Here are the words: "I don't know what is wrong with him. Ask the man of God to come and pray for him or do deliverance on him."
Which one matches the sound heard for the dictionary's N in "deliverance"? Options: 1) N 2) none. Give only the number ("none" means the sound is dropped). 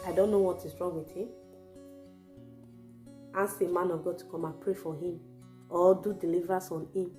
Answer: 2